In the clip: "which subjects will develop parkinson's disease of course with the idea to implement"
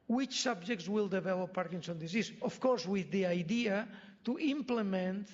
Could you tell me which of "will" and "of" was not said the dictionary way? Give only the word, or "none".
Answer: of